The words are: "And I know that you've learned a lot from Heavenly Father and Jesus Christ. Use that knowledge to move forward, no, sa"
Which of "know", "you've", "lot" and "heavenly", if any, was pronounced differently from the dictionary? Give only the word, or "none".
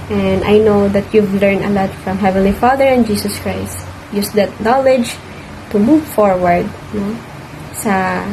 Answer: none